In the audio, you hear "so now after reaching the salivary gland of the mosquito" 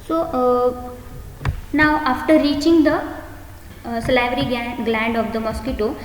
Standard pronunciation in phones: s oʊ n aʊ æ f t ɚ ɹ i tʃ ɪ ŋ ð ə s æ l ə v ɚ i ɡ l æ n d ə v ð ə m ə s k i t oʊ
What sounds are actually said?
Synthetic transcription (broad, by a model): s oʊ n aʊ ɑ f t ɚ ɹ i tʃ ɪ ŋ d ə s l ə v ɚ i ɡ l æ n d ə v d ə m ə s k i t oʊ